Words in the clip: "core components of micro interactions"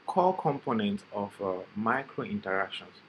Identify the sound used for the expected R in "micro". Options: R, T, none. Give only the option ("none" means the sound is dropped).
R